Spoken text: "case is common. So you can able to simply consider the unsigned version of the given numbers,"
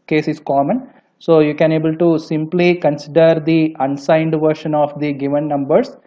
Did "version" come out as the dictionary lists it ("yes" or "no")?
no